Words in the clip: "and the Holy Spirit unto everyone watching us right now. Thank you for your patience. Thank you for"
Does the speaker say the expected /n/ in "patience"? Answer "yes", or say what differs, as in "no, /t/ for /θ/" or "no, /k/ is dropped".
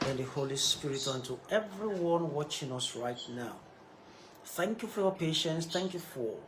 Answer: yes